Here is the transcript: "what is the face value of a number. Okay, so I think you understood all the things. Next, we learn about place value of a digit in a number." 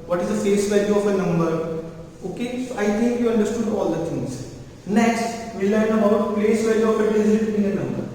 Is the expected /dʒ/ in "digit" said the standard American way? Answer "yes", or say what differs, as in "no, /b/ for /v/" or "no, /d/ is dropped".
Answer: no, /dʒ/ is dropped